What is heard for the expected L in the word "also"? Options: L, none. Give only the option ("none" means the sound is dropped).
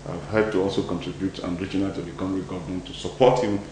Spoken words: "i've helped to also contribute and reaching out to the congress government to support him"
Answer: L